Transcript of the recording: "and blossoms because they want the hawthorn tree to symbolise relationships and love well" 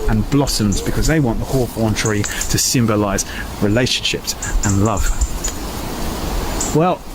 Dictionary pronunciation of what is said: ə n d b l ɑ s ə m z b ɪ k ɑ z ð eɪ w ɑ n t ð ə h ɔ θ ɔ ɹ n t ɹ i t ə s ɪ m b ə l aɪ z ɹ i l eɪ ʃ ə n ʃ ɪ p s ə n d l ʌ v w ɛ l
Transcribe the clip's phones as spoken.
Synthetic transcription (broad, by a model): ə n b l ɑ s ə m z b ɪ k ɑ z ð eɪ w ɑ n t ð ə h ɔ f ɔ n t ɹ i t ə s ɪ m b ə l aɪ z ɹ i l eɪ ʃ ə n ʃ ɪ p s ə n l ʌ v w ɛ l